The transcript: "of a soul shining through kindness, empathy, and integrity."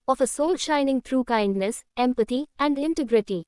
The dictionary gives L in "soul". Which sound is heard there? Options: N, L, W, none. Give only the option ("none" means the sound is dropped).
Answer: L